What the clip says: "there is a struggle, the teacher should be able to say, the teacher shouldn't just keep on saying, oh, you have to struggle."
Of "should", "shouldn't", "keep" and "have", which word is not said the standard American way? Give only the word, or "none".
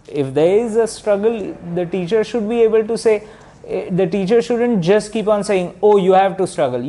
none